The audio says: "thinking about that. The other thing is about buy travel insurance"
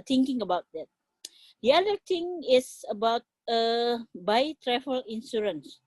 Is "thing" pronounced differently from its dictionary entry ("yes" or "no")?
yes